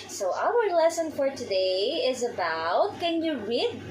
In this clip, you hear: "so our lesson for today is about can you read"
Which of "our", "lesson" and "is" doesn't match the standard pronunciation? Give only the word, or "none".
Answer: none